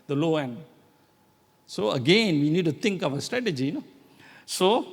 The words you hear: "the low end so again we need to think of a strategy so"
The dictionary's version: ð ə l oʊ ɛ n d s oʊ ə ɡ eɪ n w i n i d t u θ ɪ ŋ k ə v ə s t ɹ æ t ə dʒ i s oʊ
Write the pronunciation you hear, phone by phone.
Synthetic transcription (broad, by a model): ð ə l oʊ ɛ n d s oʊ ə ɡ eɪ n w i n i d t u t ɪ ŋ k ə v ə s t ɹ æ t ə dʒ i s oʊ